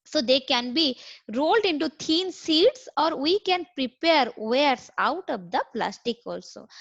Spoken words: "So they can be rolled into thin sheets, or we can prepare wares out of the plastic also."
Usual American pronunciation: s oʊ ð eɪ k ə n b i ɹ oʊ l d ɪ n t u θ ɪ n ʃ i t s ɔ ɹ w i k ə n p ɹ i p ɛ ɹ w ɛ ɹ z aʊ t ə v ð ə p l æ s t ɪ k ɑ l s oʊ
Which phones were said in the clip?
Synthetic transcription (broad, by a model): s oʊ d eɪ k ə n b i ɹ oʊ l d ɪ n t u t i n s i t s ɔ ɹ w i k ə n p ɹ i p ɛ ɹ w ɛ ɹ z aʊ t ə v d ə p l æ s t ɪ k ɑ l s oʊ